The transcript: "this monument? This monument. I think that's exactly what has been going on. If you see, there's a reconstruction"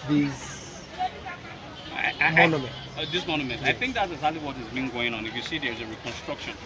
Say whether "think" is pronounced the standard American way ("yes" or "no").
yes